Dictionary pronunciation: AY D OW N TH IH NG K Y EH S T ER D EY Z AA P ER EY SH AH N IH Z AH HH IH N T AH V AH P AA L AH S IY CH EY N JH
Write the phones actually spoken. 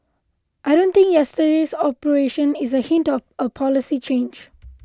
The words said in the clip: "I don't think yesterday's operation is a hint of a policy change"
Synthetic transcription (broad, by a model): AY D OW N T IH NG K Y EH S T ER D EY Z AA P ER EY SH AH N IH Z AH HH IH N T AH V AH P AA L AH S IY CH EY N JH